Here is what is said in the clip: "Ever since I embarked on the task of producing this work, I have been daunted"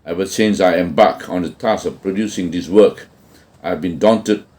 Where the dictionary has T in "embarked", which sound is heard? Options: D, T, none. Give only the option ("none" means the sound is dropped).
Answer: none